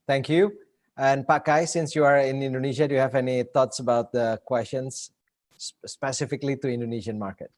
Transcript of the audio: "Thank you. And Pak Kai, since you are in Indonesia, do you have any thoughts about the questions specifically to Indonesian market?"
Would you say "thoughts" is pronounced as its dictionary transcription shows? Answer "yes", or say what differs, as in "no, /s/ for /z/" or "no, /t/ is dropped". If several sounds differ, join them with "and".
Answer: no, /t/ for /θ/